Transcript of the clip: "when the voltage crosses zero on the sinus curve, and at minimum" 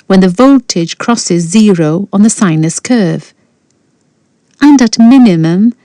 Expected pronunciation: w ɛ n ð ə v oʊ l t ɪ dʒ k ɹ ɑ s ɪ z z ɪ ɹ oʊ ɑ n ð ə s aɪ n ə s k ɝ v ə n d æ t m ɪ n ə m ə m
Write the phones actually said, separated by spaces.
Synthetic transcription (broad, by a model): w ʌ n ð ə v oʊ l t ɪ dʒ k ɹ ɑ s ɪ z z ɪ ɹ oʊ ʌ n ð ə s aɪ n ə s k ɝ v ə n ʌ t m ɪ n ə m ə m